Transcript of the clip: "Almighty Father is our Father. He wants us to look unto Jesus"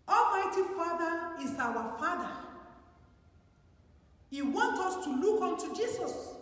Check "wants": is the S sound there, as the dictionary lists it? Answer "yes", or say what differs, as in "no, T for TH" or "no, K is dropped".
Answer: no, S is dropped